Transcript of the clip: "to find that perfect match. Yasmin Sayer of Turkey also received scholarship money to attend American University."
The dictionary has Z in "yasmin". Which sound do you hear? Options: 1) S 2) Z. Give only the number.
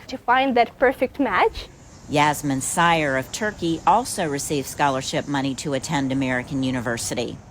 2